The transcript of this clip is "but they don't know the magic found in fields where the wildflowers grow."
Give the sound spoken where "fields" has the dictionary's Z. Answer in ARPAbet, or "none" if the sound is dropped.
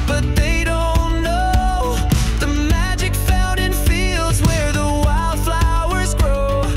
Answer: Z